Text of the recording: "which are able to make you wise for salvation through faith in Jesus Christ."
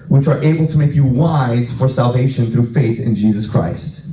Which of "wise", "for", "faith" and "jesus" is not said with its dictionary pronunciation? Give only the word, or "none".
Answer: none